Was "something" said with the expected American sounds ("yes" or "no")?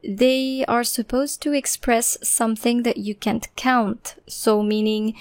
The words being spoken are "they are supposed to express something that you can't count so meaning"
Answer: yes